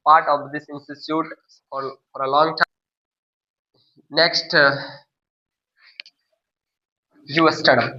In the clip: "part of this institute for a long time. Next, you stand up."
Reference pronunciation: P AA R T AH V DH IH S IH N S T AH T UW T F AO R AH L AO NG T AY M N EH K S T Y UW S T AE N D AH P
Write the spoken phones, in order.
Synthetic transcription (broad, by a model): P AA R T AH V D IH S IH N S T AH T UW T F AO R AH L AO NG T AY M N EH K S T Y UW S T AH D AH